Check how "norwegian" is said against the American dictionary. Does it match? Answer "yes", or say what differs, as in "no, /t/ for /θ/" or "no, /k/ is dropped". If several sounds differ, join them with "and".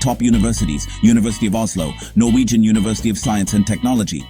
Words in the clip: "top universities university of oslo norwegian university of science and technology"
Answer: yes